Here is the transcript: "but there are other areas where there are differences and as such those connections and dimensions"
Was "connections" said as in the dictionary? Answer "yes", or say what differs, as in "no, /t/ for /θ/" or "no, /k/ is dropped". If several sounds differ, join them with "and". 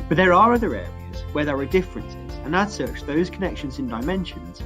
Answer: yes